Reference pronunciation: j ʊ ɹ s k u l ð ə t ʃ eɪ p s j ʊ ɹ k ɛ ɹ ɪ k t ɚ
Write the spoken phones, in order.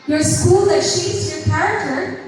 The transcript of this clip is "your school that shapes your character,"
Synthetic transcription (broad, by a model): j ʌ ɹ s k u l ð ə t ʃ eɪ s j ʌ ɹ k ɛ ɹ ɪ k t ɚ